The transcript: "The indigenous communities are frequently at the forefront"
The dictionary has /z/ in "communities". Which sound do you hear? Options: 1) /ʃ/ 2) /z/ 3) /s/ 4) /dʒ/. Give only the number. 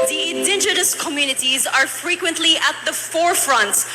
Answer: 2